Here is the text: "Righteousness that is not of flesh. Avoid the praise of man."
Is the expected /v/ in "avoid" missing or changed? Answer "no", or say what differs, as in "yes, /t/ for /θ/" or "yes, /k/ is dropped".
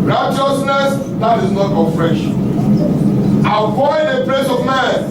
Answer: yes, /f/ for /v/